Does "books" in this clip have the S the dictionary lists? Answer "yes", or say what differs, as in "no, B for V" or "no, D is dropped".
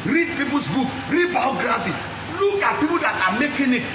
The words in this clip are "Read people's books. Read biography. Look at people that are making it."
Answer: no, S is dropped